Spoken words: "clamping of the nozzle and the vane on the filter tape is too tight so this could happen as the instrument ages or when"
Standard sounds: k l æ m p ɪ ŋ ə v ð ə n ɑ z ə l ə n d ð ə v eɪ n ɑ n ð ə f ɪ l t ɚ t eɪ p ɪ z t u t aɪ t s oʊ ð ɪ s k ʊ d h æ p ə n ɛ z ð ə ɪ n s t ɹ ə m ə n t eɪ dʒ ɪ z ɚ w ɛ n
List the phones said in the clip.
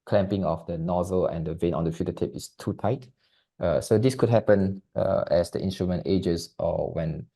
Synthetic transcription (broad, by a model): k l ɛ m p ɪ ŋ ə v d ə n ɑ z ə l ə n d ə v eɪ n ɑ n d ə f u t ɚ t eɪ p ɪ s t u t aɪ t s oʊ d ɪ s k ʊ d h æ p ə n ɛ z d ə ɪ n s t ɹ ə m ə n t eɪ dʒ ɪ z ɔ w ɛ n